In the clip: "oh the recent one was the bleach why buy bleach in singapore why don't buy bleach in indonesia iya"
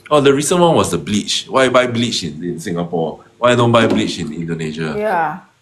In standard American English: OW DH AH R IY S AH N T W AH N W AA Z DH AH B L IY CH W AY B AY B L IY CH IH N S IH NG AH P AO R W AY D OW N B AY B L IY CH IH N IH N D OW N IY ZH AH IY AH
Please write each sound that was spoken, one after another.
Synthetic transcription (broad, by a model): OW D AH R IY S AH N W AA N W AA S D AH B L IY CH W AY B AY B L IY CH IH N S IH NG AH P AO W AY D OW N B AY B L IY CH IH N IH N D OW N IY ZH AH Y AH